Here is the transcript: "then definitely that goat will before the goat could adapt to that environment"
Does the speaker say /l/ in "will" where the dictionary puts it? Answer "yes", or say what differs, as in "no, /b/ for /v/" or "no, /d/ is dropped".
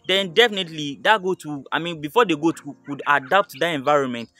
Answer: no, /n/ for /l/